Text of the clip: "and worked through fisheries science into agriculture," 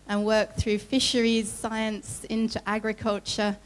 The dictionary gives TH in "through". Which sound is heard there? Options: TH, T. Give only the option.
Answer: TH